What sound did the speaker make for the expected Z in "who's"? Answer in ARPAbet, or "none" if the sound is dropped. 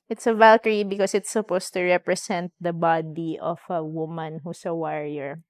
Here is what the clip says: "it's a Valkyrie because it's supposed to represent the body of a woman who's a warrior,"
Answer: S